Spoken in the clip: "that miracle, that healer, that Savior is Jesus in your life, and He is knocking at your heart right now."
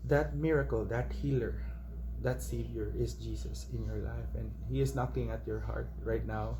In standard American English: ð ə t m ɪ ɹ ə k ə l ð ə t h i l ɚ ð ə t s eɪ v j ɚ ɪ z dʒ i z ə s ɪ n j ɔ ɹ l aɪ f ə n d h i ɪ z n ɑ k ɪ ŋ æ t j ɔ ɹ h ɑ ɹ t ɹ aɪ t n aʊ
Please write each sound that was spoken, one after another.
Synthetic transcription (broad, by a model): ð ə t m ɪ ɹ ə k ə l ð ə t h i l ɚ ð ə t s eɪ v j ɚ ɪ s dʒ i s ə s ɪ n j ɔ ɹ l aɪ f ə n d h i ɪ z n ɑ k ɪ ŋ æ t j ɔ ɹ h ɑ ɹ t ɹ aɪ t n aʊ